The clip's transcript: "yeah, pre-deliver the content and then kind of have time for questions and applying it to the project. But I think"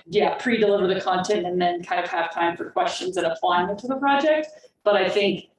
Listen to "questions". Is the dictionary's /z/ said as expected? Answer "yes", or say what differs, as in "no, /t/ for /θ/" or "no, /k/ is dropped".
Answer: yes